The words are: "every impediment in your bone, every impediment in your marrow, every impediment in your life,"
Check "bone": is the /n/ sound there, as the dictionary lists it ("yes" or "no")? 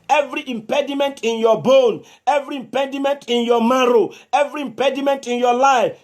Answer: yes